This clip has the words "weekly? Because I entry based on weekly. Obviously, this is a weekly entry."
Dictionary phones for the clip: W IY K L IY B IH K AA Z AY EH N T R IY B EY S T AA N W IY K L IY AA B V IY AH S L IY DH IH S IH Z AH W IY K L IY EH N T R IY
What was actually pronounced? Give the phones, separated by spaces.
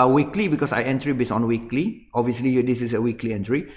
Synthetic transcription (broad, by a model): W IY K L IY B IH K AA S AY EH N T R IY B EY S AA N W IY K L IY AA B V IY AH S L IY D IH S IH S AH W IY K L IY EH N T R IY